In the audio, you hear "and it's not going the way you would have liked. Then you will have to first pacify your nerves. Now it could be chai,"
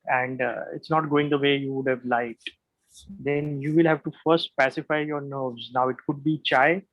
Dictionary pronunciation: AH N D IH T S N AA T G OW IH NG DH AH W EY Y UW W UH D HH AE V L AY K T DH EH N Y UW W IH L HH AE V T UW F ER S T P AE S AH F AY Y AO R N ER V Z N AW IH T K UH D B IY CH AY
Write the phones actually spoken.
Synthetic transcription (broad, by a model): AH N D IH T S N AA T G OW IH NG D AH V EY Y UW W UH D HH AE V L AY T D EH N Y UW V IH L HH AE V T UW F ER S T P AE S AH F AY Y AO R N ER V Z N AW IH T K UH D B IY CH AY